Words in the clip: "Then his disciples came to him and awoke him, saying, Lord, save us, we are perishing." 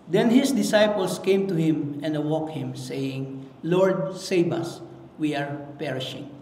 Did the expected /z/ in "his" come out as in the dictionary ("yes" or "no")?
no